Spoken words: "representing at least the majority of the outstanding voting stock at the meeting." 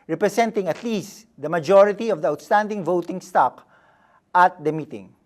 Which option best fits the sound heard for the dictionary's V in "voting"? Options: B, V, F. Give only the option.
V